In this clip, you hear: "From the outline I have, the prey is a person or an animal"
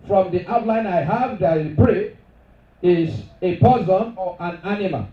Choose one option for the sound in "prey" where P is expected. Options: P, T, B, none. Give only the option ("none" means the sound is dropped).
B